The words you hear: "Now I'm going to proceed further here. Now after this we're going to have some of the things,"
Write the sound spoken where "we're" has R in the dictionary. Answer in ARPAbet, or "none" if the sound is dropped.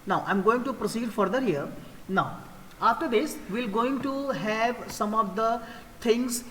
L